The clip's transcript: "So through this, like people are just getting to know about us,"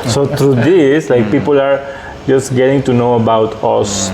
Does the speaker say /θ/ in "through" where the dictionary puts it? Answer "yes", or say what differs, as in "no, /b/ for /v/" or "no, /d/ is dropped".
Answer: no, /t/ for /θ/